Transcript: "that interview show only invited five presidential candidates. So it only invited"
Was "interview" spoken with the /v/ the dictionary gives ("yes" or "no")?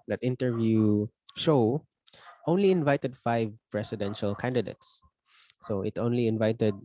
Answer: yes